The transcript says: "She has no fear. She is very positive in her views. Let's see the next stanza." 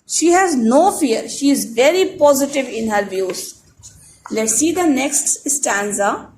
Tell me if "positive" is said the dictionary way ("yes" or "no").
yes